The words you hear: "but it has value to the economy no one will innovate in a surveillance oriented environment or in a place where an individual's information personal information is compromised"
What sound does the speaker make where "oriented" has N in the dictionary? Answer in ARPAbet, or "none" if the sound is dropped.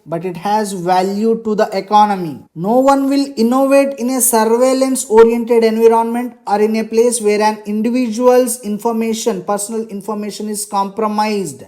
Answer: N